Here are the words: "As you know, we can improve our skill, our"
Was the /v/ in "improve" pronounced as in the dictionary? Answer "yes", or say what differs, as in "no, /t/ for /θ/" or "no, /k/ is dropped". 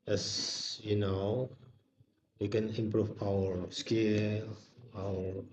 no, /p/ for /v/